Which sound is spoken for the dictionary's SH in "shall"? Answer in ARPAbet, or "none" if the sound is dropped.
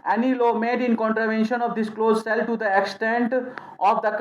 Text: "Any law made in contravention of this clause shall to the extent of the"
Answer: S